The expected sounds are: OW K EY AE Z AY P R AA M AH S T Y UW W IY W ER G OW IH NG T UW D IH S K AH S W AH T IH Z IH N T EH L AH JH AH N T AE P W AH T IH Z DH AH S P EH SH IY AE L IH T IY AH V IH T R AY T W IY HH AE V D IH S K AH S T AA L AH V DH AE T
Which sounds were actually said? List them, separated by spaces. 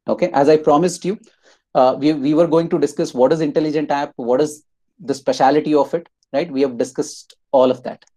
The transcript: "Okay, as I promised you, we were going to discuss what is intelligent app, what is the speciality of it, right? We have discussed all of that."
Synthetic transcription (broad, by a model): OW K EY AE Z AY P R AA M AH S T Y UW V IY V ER G OW IH NG T UW D IH S K AH S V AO T IH Z IH N T EH L AH JH AH N T AE P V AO T IH Z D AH S P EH SH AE L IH T IY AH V IH T R AY T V IY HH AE V D IH S K AH S T AA L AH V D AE T